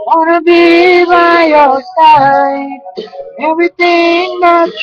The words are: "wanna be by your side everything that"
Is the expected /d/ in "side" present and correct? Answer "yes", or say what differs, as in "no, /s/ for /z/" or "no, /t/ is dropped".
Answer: no, /d/ is dropped